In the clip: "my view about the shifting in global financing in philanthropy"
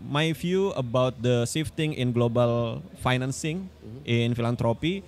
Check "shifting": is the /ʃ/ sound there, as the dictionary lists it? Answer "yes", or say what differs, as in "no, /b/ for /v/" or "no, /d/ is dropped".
no, /s/ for /ʃ/